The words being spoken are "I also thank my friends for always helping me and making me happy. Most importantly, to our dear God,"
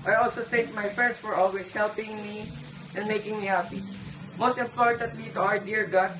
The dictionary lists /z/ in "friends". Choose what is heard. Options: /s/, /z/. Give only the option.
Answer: /s/